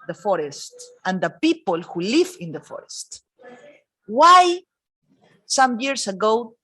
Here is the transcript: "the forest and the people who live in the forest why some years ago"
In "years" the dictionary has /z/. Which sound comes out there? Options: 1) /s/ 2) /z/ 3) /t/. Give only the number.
1